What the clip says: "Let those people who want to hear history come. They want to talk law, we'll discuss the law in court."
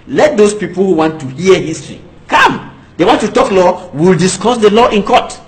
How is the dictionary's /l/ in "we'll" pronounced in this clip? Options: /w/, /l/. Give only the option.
/l/